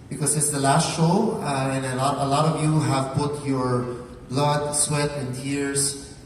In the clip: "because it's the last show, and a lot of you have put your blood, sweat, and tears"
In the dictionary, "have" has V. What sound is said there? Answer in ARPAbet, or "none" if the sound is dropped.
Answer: V